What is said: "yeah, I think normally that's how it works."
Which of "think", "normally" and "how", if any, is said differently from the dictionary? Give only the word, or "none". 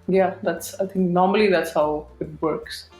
think